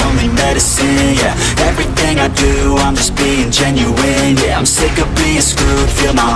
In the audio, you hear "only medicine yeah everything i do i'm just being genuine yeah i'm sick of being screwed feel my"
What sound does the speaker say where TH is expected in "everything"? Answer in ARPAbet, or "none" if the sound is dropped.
TH